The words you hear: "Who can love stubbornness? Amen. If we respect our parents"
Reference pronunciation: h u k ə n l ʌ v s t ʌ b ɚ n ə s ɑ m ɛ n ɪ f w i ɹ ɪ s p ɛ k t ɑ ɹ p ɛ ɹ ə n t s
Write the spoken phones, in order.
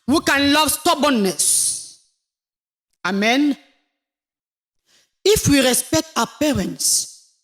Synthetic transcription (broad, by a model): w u k ə n l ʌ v s t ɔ b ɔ n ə s ɑ m ɛ n ɪ f w i ɹ ɪ s p ɛ k t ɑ p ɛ ɹ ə n t s